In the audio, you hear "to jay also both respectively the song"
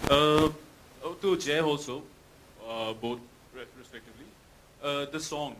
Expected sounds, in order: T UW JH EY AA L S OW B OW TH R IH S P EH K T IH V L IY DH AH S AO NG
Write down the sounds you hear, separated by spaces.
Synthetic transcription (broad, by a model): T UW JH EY AA L S OW B OW T R IH S P EH K T IH V L IY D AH S AO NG